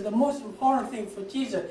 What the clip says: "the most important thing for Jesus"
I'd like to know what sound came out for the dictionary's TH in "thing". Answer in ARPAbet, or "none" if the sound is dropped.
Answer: TH